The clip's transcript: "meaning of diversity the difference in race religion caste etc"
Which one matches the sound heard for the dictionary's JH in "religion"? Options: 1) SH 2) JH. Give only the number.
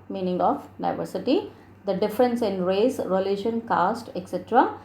1